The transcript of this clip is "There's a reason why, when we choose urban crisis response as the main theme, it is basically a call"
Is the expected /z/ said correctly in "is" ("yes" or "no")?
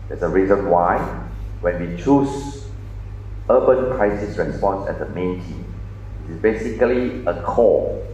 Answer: no